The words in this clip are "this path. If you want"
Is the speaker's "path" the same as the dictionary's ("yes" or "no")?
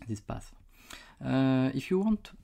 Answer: no